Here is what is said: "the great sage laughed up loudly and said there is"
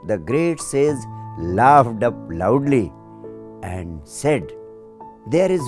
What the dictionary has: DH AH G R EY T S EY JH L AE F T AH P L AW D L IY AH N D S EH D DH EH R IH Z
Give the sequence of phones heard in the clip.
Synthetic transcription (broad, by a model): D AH G R EY T S EY Z L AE F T AH P L AW D L IY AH N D S EH D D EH R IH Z